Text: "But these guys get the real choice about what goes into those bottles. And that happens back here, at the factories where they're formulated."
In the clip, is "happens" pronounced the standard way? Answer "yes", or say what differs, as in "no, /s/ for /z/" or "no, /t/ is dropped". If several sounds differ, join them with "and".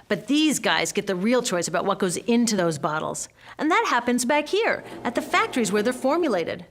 yes